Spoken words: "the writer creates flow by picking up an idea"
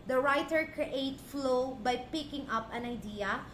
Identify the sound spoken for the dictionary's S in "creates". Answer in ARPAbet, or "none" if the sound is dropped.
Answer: none